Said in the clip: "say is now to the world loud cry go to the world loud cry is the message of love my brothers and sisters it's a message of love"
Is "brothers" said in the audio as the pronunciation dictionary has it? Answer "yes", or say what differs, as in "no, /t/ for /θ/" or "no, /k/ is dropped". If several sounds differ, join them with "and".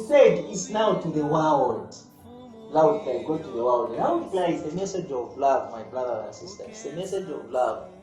no, /z/ is dropped